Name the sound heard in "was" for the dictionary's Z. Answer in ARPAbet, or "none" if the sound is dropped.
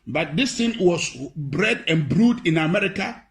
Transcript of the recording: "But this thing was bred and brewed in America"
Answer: S